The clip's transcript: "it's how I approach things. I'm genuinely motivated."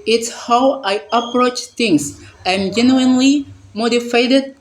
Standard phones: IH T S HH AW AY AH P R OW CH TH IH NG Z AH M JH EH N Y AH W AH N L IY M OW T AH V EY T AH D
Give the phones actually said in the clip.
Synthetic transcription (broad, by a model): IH T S HH AW AY AH P R OW CH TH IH NG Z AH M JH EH N Y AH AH N L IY M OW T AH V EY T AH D